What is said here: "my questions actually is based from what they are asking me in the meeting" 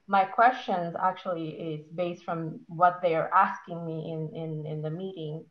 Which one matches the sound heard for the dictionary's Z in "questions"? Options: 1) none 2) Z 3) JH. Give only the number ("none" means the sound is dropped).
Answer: 2